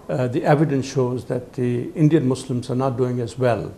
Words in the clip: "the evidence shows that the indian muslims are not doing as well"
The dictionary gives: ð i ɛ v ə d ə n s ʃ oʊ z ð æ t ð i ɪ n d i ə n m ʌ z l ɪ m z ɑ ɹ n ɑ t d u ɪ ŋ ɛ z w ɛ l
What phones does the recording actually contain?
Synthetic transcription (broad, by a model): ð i ɛ v ə d ə n s ʃ oʊ z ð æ t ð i ɪ n d i ə n m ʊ s l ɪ m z ɑ ɹ n ɑ t d u ɪ ŋ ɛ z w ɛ l